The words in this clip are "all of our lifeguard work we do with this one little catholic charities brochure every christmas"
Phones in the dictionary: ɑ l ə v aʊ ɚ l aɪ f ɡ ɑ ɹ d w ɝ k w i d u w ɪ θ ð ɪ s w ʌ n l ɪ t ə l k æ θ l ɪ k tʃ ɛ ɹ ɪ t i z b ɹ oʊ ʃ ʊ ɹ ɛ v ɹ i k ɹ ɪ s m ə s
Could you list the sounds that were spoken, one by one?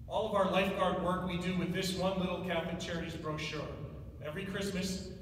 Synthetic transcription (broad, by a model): ɑ l ə v aʊ ɚ l aɪ f ɡ ɑ ɹ d w ɝ k w i d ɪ w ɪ ð ɪ s w ʌ n l ɪ t l k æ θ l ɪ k tʃ ɛ ɹ ɪ t i z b ɹ oʊ ʃ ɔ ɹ ɛ v ɹ i k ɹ ɪ s m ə s